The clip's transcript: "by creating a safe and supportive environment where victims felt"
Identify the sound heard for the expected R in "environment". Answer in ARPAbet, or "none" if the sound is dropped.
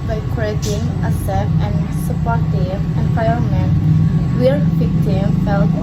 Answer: none